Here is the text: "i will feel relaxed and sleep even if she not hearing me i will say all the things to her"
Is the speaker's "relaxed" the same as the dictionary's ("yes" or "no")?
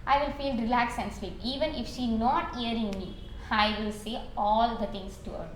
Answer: no